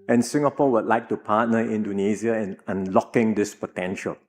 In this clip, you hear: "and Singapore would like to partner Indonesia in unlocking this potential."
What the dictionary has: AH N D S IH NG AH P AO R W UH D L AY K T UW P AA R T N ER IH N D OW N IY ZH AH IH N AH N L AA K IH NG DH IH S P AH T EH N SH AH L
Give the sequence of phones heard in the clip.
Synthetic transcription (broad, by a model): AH N S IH NG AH P AO W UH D L AY K T UW P AA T N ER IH N D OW N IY Z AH IH N AH N L AA K IH NG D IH S P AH T EH N SH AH L